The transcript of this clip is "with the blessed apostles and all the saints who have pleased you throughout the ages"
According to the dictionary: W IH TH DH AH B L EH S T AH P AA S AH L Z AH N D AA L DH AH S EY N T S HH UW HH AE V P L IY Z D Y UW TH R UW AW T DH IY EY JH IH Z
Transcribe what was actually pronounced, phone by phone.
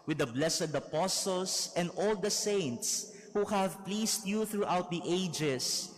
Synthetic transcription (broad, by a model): W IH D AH B L EH S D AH P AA S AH L S AH N D AA L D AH S EY N T S HH UW HH AE V P L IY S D Y UW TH R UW AW T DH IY EY JH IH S